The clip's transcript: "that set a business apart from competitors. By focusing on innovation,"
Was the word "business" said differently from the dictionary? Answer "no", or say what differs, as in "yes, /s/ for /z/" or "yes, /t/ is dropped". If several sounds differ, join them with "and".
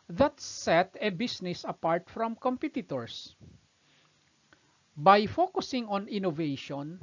yes, /s/ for /z/